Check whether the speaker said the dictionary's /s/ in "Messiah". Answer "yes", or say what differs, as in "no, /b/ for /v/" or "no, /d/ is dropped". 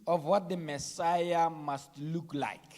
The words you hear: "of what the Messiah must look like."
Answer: yes